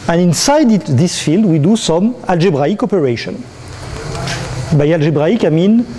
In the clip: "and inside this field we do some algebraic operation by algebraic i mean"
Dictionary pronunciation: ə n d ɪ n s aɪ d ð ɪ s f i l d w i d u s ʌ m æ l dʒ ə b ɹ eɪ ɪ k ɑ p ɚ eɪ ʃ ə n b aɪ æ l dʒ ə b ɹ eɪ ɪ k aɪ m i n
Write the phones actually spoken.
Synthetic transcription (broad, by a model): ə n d ɪ n s aɪ d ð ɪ s f i l d w i d u s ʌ m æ l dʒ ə b ɹ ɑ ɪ k ɑ p ɚ eɪ ʃ ə n b aɪ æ l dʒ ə b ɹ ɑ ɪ k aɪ m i n